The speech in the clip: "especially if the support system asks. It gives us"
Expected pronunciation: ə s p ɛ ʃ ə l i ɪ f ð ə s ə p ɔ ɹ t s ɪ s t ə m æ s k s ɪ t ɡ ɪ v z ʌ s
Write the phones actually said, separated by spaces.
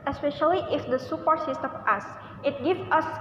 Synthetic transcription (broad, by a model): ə s p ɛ ʃ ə l i ɪ f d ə s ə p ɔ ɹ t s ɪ s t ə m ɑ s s ɪ t ɡ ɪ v ʌ s